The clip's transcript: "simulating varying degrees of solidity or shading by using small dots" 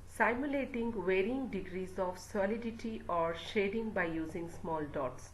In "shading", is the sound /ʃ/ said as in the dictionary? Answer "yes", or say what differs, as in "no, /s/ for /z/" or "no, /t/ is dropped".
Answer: yes